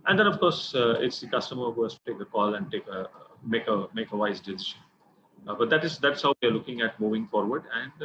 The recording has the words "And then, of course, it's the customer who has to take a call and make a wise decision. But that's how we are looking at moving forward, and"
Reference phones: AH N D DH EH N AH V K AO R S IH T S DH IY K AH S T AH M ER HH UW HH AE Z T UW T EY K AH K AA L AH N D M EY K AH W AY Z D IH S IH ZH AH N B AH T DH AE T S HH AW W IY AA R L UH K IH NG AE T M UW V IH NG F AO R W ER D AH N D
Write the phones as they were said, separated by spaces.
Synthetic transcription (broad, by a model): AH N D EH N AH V K AO R S IH T S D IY K AH S T AH M ER HH UW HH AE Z T UW T EY K AH K AA L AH N D M EY K AH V AY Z D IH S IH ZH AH N B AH T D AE T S HH AW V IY AA R L UH K IH NG AE T M UW V IH NG F AO R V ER D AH N D